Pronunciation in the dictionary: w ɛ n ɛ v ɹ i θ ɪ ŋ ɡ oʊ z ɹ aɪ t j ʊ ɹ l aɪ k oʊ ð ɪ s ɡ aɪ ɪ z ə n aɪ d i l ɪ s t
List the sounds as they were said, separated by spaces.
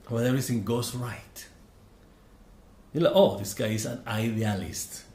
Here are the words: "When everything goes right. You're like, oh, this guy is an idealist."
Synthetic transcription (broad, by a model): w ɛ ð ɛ ɹ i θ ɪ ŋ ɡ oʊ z ɹ aɪ t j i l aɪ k oʊ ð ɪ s ɡ aɪ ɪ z ə n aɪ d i l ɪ s t